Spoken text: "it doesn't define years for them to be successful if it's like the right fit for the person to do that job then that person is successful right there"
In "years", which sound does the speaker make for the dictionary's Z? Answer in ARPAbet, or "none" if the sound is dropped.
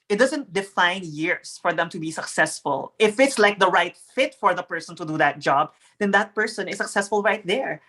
S